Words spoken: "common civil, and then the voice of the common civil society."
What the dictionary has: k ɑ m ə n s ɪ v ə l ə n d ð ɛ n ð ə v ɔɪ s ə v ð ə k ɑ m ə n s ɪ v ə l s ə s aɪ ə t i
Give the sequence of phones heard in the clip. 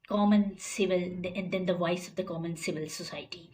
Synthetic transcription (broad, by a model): k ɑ m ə n s ɪ v ə l ə n d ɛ n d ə v ɔɪ s ə v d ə k ɑ m ə n s ɪ v ə l s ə s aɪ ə t i